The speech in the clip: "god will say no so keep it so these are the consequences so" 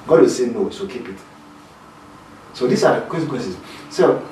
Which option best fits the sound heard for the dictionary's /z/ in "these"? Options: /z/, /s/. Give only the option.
/s/